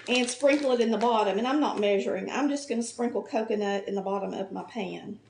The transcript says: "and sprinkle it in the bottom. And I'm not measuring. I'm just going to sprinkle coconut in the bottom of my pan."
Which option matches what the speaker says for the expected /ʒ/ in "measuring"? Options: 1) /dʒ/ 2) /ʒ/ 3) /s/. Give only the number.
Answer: 2